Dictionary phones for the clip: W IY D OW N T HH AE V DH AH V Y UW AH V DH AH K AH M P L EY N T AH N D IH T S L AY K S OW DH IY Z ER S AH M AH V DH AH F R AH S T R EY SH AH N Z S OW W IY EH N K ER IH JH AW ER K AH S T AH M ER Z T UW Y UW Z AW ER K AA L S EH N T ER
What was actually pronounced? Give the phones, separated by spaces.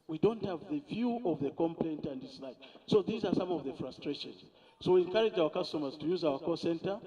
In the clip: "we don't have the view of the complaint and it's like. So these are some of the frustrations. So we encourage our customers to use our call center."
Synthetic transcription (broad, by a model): W IY D OW N T HH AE V DH AH V Y UW AH V DH AH K AH M P L EY N T AH N D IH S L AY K S OW DH IY Z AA S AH M AH V DH AH F R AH S T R EY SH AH N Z S OW W IY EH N K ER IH JH AW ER K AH S T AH M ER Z T UW Y UW Z AW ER K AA S EH N T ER